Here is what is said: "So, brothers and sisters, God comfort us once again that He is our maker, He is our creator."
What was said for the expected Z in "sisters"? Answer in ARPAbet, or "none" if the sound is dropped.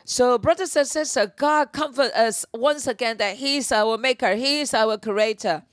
none